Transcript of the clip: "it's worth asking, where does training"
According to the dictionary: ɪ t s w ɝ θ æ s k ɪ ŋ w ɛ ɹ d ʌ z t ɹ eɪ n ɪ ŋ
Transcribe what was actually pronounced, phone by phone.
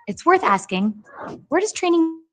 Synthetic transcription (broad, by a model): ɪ t s w ɝ θ æ s k ɪ ŋ w ɛ ɹ d ʌ z t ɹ eɪ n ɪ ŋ